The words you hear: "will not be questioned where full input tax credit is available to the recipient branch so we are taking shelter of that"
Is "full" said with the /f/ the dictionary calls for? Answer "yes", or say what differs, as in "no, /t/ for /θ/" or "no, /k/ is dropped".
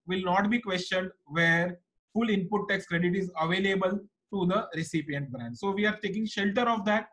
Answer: yes